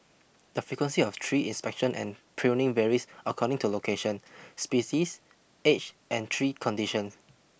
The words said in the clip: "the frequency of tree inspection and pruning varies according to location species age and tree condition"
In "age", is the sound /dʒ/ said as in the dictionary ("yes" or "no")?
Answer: no